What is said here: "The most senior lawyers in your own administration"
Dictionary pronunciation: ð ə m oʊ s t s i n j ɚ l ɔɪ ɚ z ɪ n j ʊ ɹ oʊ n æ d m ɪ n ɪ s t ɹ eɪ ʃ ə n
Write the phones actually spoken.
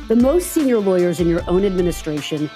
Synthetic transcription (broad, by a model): ð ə m oʊ s t s i n j ɚ l ɔɪ ɚ z ɪ n j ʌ ɹ oʊ n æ d m ɪ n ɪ s t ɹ eɪ ʃ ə n